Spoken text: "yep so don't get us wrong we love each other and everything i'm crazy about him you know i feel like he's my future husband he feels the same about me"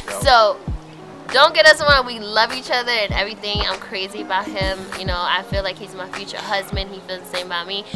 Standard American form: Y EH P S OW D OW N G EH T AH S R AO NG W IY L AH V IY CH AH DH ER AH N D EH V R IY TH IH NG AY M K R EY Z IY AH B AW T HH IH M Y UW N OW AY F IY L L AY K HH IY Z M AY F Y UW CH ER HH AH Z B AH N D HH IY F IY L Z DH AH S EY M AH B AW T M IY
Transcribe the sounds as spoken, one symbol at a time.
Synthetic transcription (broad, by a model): S OW D OW N G EH T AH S W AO W IY L AH V IY CH AH DH ER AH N EH V R IY TH IH NG AY M K R EY Z IY AH B AW T HH IH M Y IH N OW AY F IY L L AY K HH IY Z M AY F Y UW CH ER HH AH Z B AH N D HH IY F IY L Z DH AH S EY M AH B AW T M IY